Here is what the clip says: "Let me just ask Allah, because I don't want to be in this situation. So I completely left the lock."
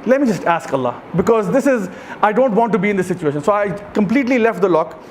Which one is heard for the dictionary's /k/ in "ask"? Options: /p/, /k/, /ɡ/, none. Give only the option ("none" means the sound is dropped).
/k/